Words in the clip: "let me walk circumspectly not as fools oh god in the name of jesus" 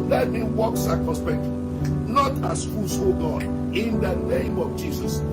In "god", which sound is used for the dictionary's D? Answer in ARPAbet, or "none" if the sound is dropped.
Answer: none